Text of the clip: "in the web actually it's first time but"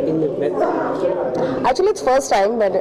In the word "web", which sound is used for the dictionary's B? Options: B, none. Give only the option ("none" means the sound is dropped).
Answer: none